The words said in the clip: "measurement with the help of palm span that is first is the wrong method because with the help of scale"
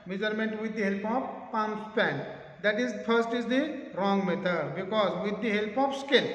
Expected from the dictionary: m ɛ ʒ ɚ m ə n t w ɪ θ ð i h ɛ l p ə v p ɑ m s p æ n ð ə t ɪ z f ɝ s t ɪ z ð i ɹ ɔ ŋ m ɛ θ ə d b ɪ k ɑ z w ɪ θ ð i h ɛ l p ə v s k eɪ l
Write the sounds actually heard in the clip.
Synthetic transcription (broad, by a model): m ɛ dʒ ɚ m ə n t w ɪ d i h ɛ l p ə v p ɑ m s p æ n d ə t ɪ z p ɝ s t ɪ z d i ɹ ɔ ŋ m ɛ t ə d b ɪ k ɑ z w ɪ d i h ɛ l p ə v s k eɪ l